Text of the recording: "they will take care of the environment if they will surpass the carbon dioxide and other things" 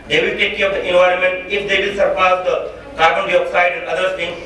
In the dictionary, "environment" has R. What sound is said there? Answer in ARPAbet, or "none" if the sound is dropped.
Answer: R